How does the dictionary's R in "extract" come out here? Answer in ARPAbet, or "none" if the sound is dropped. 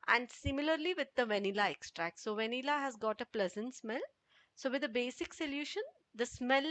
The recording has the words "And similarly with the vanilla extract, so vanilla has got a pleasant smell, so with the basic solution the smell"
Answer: R